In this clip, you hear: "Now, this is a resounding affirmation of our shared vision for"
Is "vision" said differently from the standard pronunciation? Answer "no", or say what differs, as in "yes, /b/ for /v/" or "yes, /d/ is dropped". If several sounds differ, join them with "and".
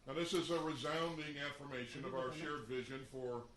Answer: no